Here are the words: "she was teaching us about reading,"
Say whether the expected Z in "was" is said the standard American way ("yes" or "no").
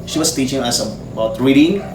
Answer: no